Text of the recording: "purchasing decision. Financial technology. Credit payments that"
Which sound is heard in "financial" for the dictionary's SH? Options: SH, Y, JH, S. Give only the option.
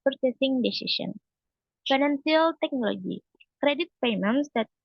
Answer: S